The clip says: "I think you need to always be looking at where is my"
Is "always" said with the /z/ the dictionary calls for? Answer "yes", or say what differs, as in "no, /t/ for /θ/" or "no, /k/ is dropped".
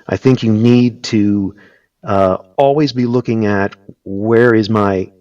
yes